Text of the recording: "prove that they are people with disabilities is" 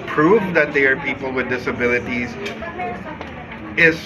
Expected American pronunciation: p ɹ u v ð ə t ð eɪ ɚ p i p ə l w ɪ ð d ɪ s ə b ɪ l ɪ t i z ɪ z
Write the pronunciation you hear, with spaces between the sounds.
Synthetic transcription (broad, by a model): p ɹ u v ð ə t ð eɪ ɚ p i p l w ɪ ð d ɪ s ə b ɪ l ɪ t i z ɪ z